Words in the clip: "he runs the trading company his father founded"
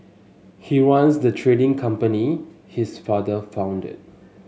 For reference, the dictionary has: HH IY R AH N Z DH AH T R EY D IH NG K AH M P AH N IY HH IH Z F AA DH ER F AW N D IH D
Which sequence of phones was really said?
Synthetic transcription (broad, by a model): HH IY W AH N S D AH T R EY D IH NG K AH M P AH N IY HH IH S F AA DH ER F AW N D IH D